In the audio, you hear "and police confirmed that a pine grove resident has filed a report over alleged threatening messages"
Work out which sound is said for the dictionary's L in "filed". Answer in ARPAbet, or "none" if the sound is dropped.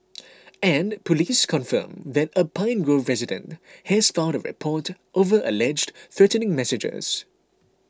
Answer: N